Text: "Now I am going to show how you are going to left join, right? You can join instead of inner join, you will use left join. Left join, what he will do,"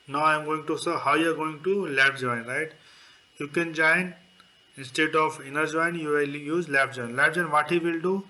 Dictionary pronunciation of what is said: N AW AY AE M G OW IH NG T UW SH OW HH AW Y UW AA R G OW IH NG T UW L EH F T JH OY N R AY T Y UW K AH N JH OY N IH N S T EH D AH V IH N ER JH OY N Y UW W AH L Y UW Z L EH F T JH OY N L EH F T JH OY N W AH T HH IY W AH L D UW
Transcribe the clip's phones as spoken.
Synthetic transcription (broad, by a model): N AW AY M G OW IH NG T UW S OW HH AW Y UW AA R G OW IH NG T UW L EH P JH OY N R AY T Y UW K AH N JH OY N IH N S T EH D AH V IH N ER JH OY N Y UW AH L Y UW Z L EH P JH OY N L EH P JH OY N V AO T HH IY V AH L D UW